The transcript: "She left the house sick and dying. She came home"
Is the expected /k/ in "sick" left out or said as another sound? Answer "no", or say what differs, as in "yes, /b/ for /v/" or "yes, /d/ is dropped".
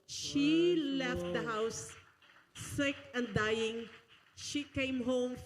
no